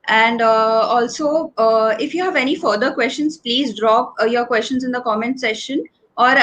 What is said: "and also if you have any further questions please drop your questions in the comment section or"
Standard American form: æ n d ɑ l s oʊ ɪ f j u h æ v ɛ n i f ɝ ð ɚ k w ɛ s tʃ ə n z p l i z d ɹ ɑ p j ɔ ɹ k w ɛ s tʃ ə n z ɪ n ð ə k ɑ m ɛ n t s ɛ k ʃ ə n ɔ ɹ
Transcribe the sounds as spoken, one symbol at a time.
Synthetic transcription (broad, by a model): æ n d ɑ l s oʊ ɪ f j u h æ v ɛ n i f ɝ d ɚ k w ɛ s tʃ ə n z p l i z d ɹ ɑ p j ɔ ɹ k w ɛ s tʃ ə n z ɪ n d ə k ɑ m ɛ n t s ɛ ʃ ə n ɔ ɹ